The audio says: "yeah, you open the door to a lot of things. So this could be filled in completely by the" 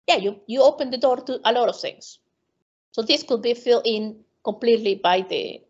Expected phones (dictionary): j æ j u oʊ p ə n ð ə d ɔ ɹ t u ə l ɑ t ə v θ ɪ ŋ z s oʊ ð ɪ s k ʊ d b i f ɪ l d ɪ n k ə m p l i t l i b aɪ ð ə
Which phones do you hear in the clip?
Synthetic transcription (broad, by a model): j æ j u oʊ p ə n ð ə d ɔ ɹ t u ə l ɑ t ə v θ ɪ ŋ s s oʊ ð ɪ s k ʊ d b i f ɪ l ɪ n k ə m p l i t l i b aɪ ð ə